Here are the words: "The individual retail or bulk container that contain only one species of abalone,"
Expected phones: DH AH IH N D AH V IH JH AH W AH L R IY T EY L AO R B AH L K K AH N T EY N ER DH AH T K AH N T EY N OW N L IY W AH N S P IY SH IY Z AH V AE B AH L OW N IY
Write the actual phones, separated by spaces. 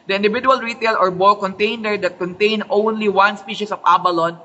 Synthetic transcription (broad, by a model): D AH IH N D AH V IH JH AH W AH L R IY T EY L AO R B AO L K K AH N T EY N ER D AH T K AH N T EY N OW N L IY W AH N S P IY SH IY S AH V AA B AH L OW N